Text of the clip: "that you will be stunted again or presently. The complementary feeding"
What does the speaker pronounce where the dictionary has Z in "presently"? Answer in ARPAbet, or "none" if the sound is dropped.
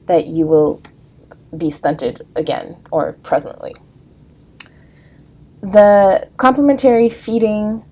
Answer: Z